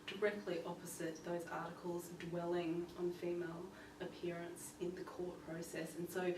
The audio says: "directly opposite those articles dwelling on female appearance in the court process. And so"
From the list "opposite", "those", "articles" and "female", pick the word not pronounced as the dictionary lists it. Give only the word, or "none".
none